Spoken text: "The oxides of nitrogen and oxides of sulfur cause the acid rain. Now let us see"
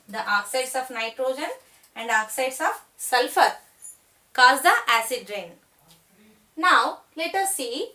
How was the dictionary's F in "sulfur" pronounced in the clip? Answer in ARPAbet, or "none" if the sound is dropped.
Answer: F